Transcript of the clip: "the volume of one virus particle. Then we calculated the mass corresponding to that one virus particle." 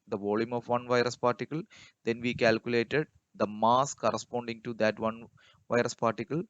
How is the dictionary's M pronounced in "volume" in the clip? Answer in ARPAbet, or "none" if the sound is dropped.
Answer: M